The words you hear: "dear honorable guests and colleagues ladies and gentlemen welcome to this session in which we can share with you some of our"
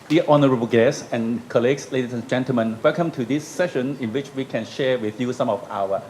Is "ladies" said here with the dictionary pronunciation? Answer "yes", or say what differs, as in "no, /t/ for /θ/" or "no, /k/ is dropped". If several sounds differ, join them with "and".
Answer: no, /s/ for /z/